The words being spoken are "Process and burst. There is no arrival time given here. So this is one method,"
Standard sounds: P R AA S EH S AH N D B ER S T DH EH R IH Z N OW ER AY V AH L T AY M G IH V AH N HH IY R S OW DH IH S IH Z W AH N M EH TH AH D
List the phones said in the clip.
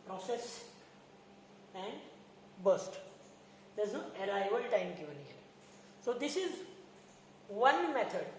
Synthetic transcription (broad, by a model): P R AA S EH S AH N D B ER S T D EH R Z N OW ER AY B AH L T AY M G IH V AH N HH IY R S OW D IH S IH Z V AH N M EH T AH D